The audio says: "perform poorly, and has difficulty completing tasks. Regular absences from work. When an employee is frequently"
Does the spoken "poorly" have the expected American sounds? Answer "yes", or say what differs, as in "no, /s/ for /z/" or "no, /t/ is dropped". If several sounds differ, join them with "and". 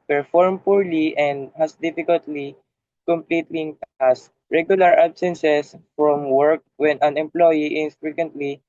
yes